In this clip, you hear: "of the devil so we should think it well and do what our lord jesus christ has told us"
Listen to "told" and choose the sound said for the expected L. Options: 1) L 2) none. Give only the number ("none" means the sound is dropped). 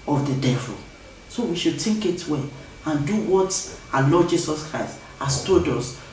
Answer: 2